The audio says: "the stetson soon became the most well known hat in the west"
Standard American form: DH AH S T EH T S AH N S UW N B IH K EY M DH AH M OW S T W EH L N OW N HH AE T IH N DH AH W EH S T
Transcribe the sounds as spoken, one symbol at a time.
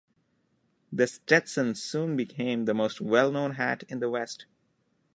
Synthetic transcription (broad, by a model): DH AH S T EH T S AH N S UW N B IH K EY M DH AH M OW S T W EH L N OW N HH AE T IH N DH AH W EH S T